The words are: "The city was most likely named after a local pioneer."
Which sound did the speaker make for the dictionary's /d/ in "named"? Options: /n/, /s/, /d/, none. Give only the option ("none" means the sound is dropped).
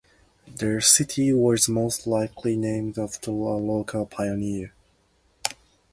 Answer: /d/